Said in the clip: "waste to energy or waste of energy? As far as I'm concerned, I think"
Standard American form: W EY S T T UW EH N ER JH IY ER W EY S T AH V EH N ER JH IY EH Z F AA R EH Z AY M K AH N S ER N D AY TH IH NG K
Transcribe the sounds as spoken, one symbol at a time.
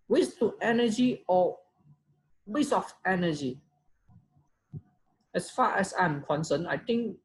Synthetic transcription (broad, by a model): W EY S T T UW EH N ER JH IY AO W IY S AH F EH N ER JH IY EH S F AA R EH S AY M K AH N S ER N AY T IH NG K